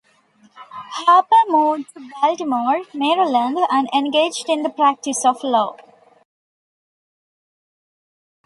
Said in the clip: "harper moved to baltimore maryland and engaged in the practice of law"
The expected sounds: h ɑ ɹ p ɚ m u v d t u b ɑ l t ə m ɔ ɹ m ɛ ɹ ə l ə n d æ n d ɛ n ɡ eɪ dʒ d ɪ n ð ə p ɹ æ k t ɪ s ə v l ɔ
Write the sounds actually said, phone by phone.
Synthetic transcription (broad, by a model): h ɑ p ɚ m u d t u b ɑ l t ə m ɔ ɹ m ɛ ɹ ə l ə n d æ n d ɛ n ɡ eɪ dʒ d ɪ n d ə p ɹ æ k t ɪ s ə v l ɔ